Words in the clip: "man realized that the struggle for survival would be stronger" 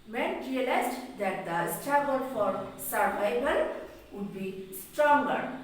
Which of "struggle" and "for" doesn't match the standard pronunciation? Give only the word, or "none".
struggle